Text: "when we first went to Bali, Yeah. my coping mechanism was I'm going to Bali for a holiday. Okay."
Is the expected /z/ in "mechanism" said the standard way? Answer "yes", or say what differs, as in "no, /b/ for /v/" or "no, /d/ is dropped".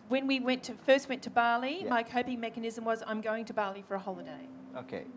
yes